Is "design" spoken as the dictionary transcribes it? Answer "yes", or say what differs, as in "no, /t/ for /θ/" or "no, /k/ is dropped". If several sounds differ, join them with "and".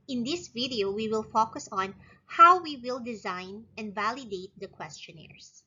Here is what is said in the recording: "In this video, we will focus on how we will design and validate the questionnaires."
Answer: yes